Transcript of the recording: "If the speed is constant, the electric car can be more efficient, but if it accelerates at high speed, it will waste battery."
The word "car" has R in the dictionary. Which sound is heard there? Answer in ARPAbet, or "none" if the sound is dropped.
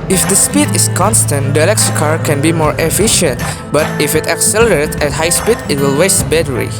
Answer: R